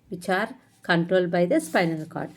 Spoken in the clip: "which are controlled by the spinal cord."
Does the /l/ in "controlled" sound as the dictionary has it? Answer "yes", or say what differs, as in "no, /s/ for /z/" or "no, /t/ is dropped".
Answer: yes